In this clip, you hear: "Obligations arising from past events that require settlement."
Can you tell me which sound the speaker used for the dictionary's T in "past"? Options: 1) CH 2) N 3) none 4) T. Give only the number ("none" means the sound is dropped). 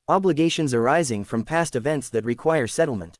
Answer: 4